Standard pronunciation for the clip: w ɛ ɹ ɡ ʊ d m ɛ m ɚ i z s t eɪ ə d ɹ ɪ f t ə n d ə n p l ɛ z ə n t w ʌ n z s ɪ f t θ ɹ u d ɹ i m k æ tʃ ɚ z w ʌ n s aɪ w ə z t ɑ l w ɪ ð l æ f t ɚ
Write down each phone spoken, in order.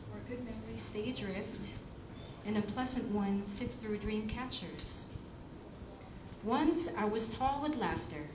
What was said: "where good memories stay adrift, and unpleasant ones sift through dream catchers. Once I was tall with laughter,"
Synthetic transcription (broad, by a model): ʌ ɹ ɡ ʊ d m ɛ m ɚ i s t eɪ ə d ɹ ɪ f t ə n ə p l ɛ z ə n t w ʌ n s ɪ t θ ɹ u d ɹ i m k æ tʃ ɚ z w ʌ n s aɪ w ə z t ɑ l w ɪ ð l æ f t ɚ